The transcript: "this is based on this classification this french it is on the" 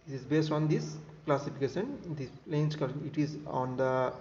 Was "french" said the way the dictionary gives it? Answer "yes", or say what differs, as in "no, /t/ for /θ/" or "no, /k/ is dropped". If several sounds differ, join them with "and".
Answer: no, /tʃ/ is dropped